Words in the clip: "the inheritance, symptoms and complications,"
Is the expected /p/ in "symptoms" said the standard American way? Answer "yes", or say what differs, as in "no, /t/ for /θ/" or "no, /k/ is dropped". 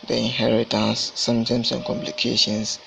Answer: no, /p/ is dropped